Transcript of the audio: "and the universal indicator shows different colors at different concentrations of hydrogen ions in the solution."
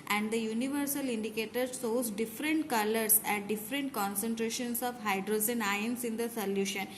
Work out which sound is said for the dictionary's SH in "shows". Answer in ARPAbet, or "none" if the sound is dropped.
S